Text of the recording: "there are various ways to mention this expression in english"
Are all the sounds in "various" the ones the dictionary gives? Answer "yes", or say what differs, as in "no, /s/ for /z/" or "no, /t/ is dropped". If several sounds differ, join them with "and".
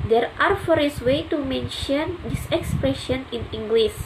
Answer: no, /f/ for /v/